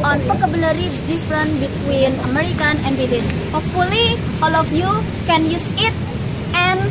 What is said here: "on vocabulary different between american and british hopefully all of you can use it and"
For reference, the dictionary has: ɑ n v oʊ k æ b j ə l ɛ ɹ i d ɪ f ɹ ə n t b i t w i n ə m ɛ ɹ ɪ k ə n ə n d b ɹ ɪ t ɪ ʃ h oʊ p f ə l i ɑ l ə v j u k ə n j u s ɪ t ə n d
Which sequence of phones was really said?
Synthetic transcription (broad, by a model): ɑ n p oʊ k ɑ b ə l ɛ ɹ i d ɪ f ɹ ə n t b i t w i n ə m ɛ ɹ ɪ k ə n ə n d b ɪ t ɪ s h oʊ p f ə l i ɑ l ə f j u k ə n j u s ɪ t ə n